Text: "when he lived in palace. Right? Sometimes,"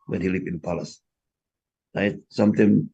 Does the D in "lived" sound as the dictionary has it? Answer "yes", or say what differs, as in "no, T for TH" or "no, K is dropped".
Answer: no, D is dropped